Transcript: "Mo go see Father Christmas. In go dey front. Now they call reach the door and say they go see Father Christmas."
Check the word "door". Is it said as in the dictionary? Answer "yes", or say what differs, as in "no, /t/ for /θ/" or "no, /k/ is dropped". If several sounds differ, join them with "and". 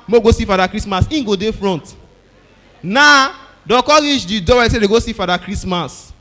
no, /w/ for /ɹ/